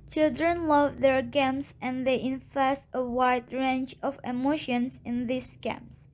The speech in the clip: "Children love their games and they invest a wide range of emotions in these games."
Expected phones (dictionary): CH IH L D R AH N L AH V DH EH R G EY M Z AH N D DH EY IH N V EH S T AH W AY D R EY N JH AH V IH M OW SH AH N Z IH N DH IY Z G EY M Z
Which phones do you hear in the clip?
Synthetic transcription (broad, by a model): CH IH L D R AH N L AH V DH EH R G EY M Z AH N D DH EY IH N F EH S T AH W AY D R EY N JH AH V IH M OW SH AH N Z IH N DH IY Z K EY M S